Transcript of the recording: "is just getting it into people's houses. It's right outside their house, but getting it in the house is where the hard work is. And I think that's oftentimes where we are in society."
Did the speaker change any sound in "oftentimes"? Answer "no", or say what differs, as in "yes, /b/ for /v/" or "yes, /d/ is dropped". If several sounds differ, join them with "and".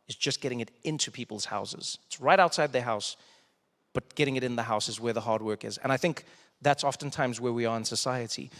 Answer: no